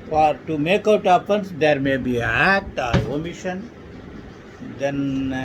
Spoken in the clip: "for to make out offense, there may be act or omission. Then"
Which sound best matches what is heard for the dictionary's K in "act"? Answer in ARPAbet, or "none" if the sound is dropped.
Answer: none